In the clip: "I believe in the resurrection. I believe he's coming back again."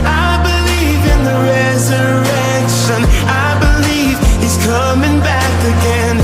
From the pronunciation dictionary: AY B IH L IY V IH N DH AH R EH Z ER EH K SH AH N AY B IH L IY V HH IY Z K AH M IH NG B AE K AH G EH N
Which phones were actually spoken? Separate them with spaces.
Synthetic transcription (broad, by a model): AY B IH L IY V IH N DH AH R EH Z ER EH K SH AH N AY B IH L IY V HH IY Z K AH M IH NG B AE K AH G EH N